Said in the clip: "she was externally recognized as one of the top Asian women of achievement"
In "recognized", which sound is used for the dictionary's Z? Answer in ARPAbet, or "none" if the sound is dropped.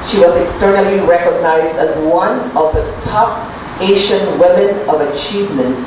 Z